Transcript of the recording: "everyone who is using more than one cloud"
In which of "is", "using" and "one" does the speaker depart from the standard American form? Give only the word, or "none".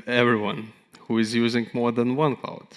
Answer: none